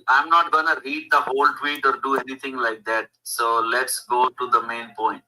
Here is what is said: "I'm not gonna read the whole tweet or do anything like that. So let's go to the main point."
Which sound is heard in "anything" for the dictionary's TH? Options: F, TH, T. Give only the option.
T